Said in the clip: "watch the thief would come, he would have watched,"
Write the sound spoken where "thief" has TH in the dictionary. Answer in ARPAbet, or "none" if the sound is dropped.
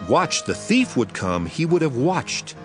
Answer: TH